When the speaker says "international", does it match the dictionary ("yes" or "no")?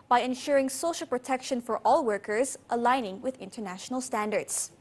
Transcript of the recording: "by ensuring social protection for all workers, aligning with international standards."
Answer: yes